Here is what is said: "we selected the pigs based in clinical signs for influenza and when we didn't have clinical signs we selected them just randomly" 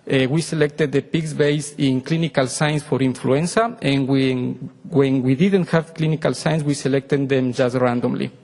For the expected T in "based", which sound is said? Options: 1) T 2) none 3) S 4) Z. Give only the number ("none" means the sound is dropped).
2